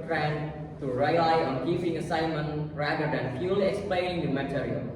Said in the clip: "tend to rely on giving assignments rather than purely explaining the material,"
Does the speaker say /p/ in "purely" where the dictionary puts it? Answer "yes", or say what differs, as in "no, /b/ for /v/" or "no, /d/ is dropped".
no, /f/ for /p/